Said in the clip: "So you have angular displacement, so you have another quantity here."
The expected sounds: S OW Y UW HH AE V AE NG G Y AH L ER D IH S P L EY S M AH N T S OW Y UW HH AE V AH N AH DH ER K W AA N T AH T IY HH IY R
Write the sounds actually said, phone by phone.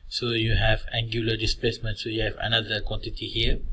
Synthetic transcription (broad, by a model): S OW Y UW HH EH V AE NG G Y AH L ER D IH S P L EY S M AH N T S OW Y UW HH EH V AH N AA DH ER K W AA N T AH T IY HH IY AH